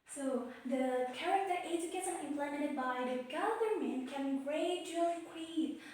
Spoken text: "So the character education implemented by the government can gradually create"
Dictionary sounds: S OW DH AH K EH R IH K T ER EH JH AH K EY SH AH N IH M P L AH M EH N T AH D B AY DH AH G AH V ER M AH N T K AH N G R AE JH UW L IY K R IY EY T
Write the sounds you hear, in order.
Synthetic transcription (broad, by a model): S OW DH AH K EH R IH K T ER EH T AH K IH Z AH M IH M P L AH M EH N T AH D B AY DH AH G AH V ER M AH N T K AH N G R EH UW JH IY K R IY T